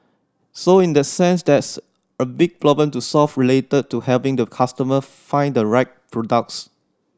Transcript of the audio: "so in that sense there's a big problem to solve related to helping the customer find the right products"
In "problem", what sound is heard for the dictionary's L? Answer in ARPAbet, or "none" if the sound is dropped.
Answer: none